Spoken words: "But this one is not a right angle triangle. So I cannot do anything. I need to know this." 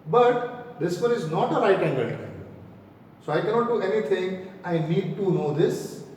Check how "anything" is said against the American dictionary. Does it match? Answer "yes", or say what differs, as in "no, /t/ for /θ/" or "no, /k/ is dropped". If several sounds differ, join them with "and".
no, /t/ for /θ/